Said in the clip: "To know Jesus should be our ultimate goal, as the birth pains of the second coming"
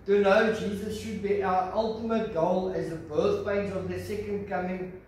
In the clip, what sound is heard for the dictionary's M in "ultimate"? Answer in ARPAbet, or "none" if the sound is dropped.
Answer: M